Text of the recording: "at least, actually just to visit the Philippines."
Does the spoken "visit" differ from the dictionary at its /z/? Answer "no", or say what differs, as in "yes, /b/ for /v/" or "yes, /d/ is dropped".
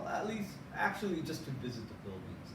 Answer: no